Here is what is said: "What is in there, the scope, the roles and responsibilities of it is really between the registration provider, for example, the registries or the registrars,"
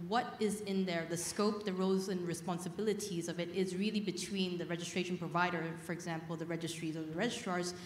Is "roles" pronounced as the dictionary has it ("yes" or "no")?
no